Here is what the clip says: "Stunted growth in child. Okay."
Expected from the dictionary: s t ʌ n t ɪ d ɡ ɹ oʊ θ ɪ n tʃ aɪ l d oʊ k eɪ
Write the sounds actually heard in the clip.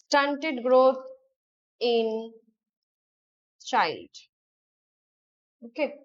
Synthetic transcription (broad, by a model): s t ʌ n t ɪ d ɡ ɹ oʊ t ɪ n tʃ aɪ l d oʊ k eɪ